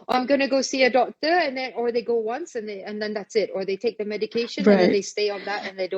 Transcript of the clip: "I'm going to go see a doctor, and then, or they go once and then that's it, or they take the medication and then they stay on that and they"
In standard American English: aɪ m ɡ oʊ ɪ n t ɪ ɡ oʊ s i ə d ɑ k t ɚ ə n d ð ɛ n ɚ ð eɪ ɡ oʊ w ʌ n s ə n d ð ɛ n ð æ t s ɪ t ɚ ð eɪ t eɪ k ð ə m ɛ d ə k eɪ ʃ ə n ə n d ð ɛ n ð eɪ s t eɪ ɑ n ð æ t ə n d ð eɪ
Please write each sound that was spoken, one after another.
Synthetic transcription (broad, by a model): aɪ m ɡ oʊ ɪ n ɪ ɡ oʊ s i ə d ɑ k t ɚ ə n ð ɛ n ɚ ð eɪ ɡ oʊ w ʌ n s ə n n ð ɛ n ð æ t s ɪ t ɚ ð eɪ t eɪ k ð ə m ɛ d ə k eɪ ə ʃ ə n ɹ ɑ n ð eɪ s t eɪ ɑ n ð æ t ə n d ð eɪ